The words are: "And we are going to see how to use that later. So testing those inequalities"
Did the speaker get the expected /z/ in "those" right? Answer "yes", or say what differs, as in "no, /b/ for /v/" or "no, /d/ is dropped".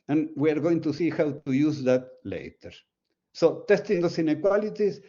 no, /s/ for /z/